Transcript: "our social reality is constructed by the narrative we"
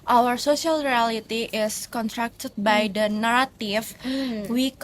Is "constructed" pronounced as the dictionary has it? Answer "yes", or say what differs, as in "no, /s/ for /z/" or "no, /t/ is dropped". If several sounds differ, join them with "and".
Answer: no, /s/ is dropped